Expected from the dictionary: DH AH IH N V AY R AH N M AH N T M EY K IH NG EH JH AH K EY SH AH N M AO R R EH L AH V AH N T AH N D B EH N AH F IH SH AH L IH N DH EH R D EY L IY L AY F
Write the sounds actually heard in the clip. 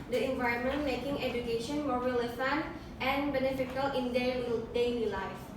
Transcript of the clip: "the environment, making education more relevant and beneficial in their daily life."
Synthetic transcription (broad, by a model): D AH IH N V AY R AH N M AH N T M EY K IH NG EH JH AH K EY SH AH N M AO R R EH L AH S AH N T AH N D B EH N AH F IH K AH L IH N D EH L D EY L IY L AY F